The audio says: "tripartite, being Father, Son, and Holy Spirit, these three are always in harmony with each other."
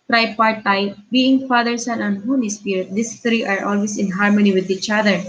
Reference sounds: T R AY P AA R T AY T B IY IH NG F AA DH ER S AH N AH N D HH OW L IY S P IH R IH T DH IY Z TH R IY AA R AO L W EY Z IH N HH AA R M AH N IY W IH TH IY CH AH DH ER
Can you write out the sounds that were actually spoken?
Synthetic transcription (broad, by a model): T R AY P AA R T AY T B IY IH NG F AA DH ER S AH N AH N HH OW N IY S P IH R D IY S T R IY AA R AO L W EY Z IH N HH AA R M AH N IY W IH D IY CH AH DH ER